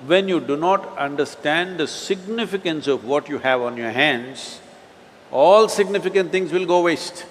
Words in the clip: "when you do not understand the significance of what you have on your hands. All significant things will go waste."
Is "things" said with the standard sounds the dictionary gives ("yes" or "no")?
no